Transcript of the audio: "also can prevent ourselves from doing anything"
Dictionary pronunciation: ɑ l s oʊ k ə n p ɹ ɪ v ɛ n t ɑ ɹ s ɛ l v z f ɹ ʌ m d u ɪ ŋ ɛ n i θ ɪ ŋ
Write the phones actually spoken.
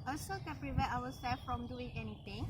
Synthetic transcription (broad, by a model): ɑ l s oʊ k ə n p ɹ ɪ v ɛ t ɑ w s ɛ l f ɹ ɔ m d u ɪ ŋ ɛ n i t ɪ ŋ